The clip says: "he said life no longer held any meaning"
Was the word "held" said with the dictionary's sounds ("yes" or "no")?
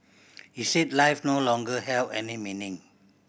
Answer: no